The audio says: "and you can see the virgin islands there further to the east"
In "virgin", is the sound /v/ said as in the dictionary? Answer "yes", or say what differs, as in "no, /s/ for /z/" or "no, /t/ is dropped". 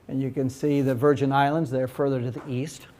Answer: yes